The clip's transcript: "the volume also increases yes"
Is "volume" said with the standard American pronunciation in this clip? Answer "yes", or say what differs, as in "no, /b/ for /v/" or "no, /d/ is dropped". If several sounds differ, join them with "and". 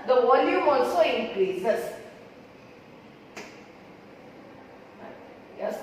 no, /w/ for /v/